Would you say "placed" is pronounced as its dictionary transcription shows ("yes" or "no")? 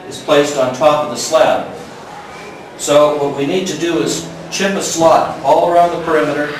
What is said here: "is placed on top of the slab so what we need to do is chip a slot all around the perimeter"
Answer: yes